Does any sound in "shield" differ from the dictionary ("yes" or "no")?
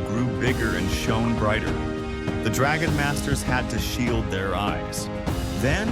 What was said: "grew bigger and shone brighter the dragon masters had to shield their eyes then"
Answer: no